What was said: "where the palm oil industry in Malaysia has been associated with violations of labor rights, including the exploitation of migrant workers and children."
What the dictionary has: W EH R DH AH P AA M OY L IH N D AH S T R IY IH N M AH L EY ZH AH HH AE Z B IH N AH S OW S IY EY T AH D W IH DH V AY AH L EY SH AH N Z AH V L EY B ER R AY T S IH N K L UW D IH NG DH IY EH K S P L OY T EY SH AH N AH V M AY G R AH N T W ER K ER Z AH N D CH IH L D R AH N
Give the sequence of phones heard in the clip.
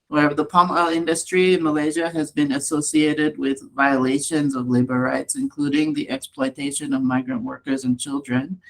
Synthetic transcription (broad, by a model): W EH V DH AH P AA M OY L IH N D AH S T R IY IH N M AH L EY ZH AH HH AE Z B IH N AH S OW S IY EY T AH D W IH DH V AY AH L EY SH AH N Z AH V L EY B ER R AY T S IH N K L UW D IH NG DH IY EH K S P L OY T EY SH AH N AH V M AY G R AH N T W ER K ER Z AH N CH IH L D R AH N